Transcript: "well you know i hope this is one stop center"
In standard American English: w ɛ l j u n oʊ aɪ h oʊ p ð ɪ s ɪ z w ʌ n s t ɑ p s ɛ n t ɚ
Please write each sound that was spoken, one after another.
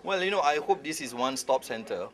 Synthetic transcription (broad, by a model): w ɛ l j u n oʊ aɪ h oʊ p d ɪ s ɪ s w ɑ n s t ɑ p s ɛ n t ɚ